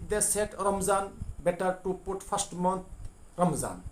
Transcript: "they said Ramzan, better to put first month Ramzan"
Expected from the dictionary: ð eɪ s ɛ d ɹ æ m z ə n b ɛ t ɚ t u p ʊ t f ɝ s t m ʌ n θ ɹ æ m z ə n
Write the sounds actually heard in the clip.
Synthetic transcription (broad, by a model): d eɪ s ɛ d ɹ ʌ m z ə n b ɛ t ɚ t u p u t p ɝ s t m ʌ n t ɹ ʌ m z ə n